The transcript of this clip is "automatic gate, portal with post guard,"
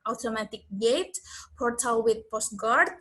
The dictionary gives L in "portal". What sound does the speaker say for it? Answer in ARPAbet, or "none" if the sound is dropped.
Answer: W